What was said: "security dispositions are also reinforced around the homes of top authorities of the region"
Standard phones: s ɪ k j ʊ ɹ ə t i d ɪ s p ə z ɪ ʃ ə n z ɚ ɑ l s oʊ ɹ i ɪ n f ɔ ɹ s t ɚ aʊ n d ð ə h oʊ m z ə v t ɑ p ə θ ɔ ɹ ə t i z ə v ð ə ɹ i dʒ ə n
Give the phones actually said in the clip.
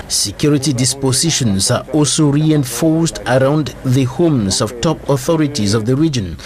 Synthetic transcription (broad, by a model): s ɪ k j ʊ ɹ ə t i d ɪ s p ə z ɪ ʃ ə n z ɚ ɑ l s oʊ ɹ i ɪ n f ɔ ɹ s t ɚ aʊ n d ð ə h oʊ m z ə v t ɑ p ə θ ɔ ɹ ə t i z ə v ð ə ɹ i dʒ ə n